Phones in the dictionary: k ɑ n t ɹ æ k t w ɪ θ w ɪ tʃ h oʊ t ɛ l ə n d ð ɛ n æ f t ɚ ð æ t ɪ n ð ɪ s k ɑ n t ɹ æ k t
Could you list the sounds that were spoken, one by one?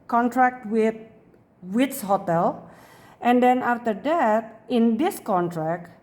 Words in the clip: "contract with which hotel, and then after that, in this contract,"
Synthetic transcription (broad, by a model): k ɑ n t ɹ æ k t w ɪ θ w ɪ s h oʊ t ɛ l ə n d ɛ n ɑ f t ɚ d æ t ɪ n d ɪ s k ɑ n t ɹ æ k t